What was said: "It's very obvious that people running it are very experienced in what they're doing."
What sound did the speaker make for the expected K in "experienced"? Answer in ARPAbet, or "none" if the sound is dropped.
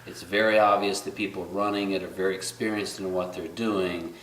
K